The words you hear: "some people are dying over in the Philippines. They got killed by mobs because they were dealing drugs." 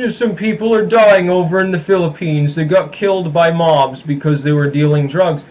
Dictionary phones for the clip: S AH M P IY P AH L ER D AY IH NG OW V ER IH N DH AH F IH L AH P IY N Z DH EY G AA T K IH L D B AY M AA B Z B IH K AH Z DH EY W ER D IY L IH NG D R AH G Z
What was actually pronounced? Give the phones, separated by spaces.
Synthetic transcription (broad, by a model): S AH M P IY P L ER D AY IH NG OW V ER IH N DH AH F IH L AH P IY N Z DH EY G AA T K IH L D B AY M AA B Z B IH K AH Z DH EY W ER D IY L IH NG D R AH G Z